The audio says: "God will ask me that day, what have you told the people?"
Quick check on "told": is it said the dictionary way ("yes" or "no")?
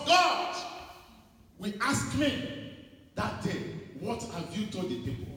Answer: no